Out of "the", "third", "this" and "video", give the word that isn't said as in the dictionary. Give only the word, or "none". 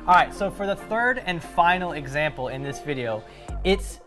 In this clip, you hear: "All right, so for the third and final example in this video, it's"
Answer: none